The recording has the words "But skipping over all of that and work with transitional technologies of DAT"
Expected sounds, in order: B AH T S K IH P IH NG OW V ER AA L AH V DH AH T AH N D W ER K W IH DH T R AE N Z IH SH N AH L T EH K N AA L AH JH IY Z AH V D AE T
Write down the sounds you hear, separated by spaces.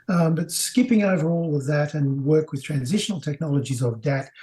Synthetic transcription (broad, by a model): B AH T S K IH P IH NG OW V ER AA L AH V DH AH T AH N W ER K W IH DH T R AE N Z IH SH N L T EH K N AA L AH JH IY Z AH V D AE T